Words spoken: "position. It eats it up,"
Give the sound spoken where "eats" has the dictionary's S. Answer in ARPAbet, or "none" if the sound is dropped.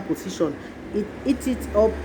none